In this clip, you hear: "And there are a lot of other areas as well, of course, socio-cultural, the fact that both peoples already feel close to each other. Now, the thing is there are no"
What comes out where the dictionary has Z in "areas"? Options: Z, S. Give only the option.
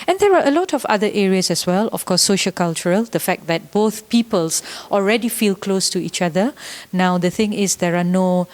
S